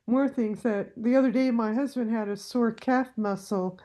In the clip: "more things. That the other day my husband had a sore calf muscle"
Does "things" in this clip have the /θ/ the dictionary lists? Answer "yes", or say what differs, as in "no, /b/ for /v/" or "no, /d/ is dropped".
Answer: yes